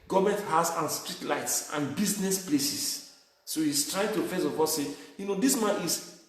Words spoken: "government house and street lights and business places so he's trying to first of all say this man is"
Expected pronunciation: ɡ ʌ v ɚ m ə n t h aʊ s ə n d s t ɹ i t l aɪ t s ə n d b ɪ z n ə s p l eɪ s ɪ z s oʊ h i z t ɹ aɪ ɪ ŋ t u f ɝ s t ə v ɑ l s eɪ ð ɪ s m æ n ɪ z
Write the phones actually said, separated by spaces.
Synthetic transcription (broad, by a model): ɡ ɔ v m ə n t h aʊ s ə n s t ɹ i t l aɪ t s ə n b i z n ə s p l eɪ s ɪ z s oʊ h i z t ɹ aɪ ɪ ŋ t u f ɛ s ə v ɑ s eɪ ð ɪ s m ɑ n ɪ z